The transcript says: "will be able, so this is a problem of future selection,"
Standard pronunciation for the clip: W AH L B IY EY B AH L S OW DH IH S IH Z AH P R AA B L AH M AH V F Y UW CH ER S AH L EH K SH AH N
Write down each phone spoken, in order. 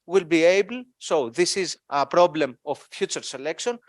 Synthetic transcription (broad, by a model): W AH L B IY EY B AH L S OW DH IH S IH Z AH P R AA B L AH M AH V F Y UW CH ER S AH L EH K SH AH N